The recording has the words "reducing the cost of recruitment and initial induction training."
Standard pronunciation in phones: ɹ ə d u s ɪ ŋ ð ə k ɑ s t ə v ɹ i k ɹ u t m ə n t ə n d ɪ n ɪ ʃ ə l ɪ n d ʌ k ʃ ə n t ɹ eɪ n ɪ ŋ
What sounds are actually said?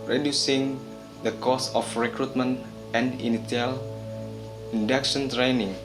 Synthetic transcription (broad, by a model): ɹ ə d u s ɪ ŋ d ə k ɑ s ə f ɹ i k ɹ u t m ə n t ə n d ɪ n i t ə l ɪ n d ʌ k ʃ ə n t ɹ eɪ n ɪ ŋ